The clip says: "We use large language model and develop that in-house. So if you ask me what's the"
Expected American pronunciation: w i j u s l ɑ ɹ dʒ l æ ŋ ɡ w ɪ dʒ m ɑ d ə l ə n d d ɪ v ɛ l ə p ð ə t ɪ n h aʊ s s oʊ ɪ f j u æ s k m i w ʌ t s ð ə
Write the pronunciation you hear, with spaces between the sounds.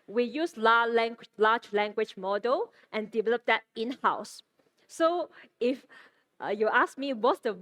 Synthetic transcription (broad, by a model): w i j u s l ɑ l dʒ l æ ŋ ɡ w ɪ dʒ m ɑ d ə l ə n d d ɪ v ɛ l ə p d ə t ɪ n h aʊ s s oʊ ɪ f j u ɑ s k m i w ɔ t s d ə